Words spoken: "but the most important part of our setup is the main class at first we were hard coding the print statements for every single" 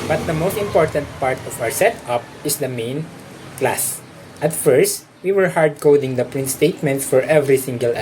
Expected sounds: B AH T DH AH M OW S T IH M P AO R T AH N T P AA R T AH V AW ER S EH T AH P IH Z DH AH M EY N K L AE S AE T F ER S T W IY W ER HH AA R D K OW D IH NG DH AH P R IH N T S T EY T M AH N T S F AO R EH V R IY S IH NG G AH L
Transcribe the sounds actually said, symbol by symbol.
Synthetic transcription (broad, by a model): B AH T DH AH M OW S T IH M P AO R T AH N T P AA R T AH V AW ER S EH T AH P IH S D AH M EY N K L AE S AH T F ER S T W IY W ER HH AA R D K OW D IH NG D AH P R IH N T S T EY T M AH N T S F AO R EH V R IY S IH NG G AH L